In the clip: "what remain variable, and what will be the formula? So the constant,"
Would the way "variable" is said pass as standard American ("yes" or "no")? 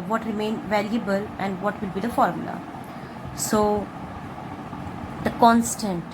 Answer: no